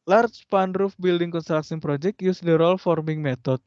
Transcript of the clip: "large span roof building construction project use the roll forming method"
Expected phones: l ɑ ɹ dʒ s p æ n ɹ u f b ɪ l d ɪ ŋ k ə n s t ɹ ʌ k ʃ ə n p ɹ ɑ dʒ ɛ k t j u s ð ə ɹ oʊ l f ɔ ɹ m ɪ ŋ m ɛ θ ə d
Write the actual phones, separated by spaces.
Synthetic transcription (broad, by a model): l ɑ ɹ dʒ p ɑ n ɹ u f b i l d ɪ ŋ k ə n s t ɹ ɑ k s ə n p ɹ ɑ dʒ ɛ k t j u s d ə ɹ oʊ l f ɔ ɹ m ɪ ŋ m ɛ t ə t